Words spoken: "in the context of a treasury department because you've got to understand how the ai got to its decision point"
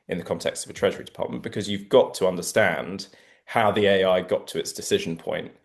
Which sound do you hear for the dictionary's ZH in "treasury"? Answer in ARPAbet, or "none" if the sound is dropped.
ZH